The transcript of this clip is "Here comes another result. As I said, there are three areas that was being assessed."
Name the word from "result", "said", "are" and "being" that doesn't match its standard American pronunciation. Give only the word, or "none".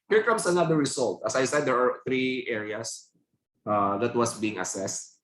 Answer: result